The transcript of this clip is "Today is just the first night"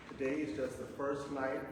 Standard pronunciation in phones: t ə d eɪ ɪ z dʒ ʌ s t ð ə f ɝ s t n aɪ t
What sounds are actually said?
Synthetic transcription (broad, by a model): t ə d eɪ ɪ z dʒ ʌ s t ð ə f ɝ s t n aɪ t